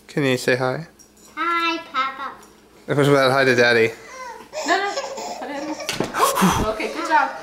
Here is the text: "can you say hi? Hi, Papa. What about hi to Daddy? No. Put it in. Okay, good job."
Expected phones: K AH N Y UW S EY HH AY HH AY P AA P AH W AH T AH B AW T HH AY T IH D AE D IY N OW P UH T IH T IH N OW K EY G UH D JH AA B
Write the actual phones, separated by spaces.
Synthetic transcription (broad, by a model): K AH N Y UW S EY HH AY HH AY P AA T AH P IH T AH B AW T HH AY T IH D AE D IY N OW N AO IH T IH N OW K EY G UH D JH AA